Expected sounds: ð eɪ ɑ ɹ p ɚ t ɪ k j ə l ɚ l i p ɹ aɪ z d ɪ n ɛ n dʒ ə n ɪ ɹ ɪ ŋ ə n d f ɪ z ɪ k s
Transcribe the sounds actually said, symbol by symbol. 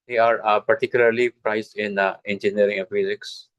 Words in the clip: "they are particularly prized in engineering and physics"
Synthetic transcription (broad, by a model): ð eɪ ɑ ɹ p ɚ t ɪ k j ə l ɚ l i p ɹ aɪ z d ɪ n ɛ n dʒ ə n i ɪ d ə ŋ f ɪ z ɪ k s